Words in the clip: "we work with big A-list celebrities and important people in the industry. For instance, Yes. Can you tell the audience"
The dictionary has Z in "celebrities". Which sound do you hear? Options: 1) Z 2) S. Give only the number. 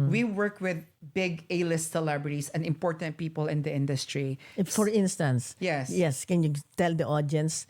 2